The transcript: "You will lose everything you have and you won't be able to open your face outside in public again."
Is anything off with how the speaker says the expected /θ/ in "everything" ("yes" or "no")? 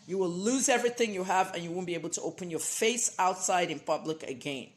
no